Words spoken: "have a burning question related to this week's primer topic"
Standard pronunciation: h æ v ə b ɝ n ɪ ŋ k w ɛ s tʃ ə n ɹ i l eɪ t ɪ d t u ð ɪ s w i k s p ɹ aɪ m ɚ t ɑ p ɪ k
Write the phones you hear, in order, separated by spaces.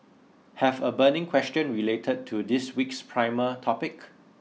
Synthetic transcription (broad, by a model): h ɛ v ə b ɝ n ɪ ŋ k w ɛ s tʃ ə n ɹ i l eɪ t ɪ d t u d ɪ s w i k s p ɹ aɪ m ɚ t ɑ p ɪ k